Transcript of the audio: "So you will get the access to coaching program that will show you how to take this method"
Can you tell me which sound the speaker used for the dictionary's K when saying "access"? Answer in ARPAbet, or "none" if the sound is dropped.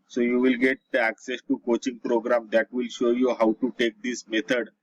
K